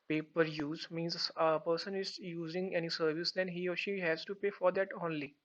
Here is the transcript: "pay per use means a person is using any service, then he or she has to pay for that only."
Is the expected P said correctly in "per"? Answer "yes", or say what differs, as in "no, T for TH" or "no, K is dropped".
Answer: yes